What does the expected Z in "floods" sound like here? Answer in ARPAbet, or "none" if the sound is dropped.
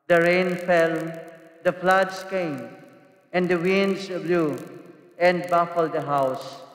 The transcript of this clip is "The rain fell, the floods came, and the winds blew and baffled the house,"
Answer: S